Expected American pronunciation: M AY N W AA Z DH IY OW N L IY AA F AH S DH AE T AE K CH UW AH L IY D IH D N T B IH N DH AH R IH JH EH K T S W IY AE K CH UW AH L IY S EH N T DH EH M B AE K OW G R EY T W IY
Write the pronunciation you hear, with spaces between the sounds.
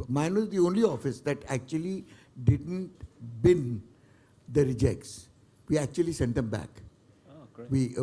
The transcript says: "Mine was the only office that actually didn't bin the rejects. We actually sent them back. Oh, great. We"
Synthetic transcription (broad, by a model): M AY N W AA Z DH IY OW N L IY AA F AH S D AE T AE K CH UW AH L IY D IH D N T B IH N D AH R IH JH EH K T S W IY AE K CH UW AH L IY S EH N T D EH M B AE K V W IY